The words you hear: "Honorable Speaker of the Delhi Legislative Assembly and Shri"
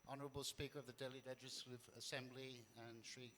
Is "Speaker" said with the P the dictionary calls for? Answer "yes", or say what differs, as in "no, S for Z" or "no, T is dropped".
yes